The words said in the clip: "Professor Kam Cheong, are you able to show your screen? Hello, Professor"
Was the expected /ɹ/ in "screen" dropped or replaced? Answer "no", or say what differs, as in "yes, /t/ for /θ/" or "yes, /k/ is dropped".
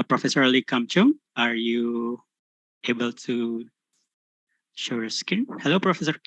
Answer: yes, /ɹ/ is dropped